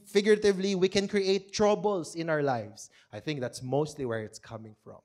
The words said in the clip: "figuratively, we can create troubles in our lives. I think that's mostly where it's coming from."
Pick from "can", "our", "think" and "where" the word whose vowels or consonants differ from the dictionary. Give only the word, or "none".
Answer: none